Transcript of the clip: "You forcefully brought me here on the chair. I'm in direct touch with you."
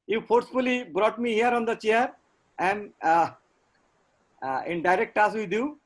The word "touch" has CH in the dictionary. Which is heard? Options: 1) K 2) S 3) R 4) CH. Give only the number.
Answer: 2